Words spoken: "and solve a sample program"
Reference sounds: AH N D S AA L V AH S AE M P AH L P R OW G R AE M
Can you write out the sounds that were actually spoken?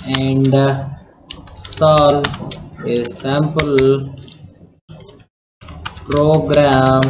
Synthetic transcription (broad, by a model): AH N D S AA L AH S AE M P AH L P R OW G R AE M